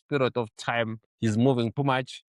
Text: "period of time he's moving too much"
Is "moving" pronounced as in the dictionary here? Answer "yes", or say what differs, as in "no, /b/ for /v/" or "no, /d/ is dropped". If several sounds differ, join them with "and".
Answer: yes